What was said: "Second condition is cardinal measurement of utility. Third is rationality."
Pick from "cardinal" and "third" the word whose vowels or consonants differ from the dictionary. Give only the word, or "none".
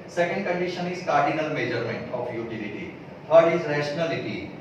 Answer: third